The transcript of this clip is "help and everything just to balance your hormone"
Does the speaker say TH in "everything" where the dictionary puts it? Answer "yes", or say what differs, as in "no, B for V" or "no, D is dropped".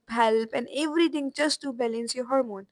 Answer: no, T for TH